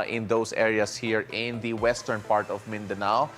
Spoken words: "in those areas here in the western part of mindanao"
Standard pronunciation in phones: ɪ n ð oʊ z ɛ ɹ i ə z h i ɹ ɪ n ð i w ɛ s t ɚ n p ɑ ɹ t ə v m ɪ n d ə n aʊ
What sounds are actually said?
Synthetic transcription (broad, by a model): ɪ n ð oʊ s ɛ ɹ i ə s h i ɹ ɪ n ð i w ɛ s t ɚ n p ɑ ɹ t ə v m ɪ n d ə n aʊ